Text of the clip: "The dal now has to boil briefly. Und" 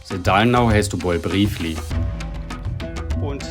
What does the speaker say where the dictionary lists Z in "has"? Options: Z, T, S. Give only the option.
S